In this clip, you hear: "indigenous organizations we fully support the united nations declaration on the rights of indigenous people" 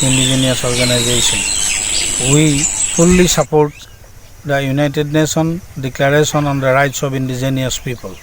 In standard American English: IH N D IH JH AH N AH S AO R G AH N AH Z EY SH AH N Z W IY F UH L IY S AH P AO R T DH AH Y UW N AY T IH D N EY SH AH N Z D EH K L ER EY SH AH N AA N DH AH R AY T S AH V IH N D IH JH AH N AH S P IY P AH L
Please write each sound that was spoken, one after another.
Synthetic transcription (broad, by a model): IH N D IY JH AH N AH S AO R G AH N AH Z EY S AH N W IY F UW L IY S AH P AO R T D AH Y UW N AY T IH D N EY S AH N D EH K L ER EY S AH N AA N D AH R AY T S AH B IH N D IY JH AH N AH S P IY P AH L